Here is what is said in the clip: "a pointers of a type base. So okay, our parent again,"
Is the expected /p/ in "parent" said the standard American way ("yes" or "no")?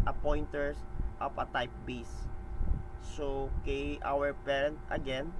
yes